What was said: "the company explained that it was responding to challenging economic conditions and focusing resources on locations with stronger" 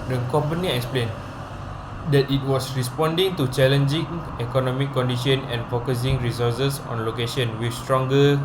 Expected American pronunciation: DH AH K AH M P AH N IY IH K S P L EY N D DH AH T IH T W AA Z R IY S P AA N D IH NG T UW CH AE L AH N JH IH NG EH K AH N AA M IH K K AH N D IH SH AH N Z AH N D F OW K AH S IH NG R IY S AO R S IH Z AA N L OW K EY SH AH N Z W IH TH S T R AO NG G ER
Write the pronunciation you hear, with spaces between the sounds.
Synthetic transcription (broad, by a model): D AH K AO M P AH N IY IH K S P L EY N D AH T IH T W AA S R IY S P AA N D IH NG T UW CH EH L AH N JH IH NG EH K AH N AA M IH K K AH N D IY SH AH N AH N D F OW K AH S IH NG R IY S AO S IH S AA N L OW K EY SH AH N W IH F S T R AO NG G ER